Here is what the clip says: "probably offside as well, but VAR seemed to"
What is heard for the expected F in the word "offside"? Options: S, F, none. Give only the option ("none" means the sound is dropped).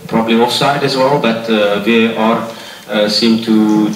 none